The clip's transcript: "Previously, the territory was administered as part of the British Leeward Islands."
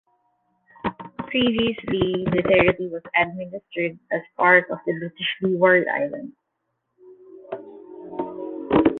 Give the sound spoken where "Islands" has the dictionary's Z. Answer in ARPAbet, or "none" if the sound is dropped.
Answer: none